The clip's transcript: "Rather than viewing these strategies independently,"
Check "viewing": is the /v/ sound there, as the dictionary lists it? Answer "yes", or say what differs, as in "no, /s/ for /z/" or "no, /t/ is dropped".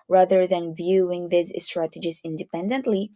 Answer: yes